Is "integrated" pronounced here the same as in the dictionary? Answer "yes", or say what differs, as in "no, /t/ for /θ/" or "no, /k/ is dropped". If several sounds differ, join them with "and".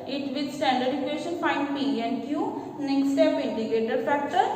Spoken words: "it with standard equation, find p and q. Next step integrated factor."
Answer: no, /ɹ/ is dropped